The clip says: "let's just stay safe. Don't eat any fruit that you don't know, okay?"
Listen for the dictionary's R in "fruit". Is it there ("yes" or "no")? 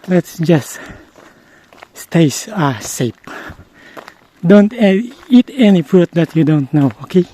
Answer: no